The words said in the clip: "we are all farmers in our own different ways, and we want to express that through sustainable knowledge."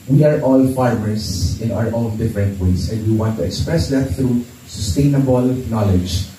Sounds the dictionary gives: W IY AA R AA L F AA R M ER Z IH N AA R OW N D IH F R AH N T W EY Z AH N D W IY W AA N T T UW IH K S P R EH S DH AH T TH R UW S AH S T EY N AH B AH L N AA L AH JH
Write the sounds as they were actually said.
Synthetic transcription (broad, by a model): W IY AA R AA L F AA R M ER S IH N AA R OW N D IH F R AH N T W EY S AH N D W IY W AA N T T UW IH K S P R EH S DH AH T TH R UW S AH S T EY N AH B AH L N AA L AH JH